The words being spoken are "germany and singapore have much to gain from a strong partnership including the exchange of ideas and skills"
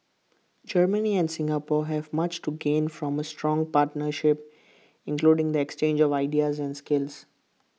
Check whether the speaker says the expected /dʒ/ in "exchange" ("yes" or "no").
yes